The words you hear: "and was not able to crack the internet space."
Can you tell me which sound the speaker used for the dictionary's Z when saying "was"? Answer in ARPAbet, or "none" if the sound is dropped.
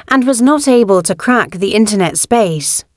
Z